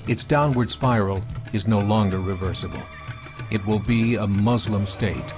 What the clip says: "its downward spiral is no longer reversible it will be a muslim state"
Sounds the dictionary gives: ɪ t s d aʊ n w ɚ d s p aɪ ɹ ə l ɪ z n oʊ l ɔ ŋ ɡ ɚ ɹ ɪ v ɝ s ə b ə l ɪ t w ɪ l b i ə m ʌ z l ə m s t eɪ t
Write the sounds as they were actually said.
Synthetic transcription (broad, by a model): ɪ t s d aʊ n w ɚ d s p aɪ ɹ l ɪ z n oʊ l ɔ ŋ ɡ ɚ ɹ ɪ v ɝ s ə b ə l ɪ t w ɪ l b i ə m ʌ z l ə m s t eɪ t